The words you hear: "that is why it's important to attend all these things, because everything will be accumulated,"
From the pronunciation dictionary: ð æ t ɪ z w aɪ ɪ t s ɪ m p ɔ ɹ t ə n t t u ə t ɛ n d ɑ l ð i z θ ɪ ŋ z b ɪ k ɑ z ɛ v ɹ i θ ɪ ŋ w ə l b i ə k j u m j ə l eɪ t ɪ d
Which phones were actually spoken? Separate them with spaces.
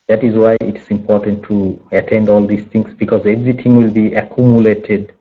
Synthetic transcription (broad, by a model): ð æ t ɪ z w aɪ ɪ t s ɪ m p ɔ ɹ t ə n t t u ə t ɛ n d ɑ l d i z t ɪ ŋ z b ɪ k ɑ z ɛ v ɹ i t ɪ ŋ w ə l b i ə k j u m j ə l eɪ t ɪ d